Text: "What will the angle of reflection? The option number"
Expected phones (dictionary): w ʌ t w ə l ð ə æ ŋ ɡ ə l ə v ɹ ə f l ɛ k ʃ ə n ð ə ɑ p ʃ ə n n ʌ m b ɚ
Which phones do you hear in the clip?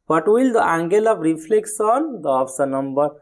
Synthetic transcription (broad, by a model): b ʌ t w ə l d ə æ ŋ ɡ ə l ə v ɹ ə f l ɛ k s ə n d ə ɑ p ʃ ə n n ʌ m b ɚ